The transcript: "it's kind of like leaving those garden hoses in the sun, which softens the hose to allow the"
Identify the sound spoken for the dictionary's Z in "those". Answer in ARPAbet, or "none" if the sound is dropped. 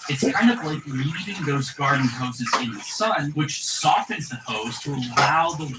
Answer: Z